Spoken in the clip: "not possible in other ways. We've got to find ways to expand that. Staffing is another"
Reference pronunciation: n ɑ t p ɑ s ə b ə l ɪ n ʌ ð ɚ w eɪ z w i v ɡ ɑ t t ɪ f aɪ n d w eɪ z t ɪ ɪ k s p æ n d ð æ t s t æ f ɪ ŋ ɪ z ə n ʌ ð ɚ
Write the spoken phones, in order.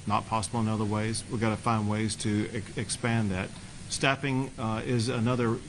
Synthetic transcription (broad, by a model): n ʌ t p ɑ s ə b l ɪ n ʌ ð ɚ w eɪ z w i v ɡ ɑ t t ɪ f aɪ n d w eɪ z t ɪ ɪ k s p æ n ð æ t s t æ p ɪ ŋ ɪ z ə n ʌ ð ɚ